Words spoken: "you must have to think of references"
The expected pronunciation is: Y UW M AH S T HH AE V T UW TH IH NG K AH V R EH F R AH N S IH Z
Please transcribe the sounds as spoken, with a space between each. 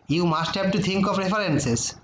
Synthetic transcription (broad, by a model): Y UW M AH S T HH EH B T UW T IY NG K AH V R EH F R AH N S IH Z